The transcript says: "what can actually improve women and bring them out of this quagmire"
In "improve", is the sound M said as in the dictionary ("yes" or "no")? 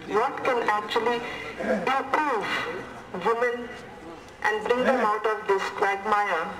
no